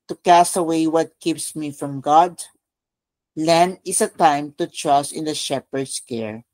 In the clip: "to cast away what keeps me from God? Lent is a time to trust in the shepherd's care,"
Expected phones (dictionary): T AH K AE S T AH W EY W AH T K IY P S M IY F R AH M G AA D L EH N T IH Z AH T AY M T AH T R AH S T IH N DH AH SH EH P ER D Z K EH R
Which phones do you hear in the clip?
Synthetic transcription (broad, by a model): T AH K AE S T AH W EY W AH T K IY P S M IY F R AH M G AA D L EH N IH S AH T AY M T AH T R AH S T IH N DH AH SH EH P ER D S K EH R